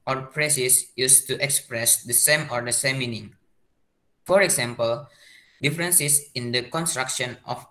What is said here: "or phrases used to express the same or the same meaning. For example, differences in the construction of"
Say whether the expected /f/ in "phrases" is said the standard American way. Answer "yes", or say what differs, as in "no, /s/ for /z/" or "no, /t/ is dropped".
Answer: no, /p/ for /f/